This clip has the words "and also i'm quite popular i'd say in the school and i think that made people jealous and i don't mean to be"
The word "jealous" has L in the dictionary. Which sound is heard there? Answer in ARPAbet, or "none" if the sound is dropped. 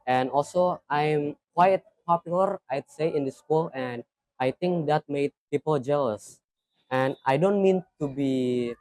L